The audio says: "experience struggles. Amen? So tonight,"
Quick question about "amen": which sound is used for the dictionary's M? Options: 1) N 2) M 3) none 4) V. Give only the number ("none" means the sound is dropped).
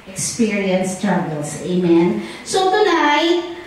2